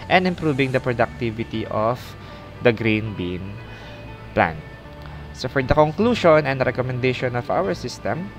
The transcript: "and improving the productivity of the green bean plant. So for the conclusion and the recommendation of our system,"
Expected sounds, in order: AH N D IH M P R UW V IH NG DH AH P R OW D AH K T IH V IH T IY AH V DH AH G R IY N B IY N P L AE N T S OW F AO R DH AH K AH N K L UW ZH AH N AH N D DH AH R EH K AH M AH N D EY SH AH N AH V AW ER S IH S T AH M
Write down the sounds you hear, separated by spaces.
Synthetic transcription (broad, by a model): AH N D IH M P R UW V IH NG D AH P R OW D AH K T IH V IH T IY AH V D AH G R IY N B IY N P L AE N S OW F AO R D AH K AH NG K L UW SH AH N AH N D R EH K AH M AH N D EY SH AH N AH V AW ER S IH S T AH M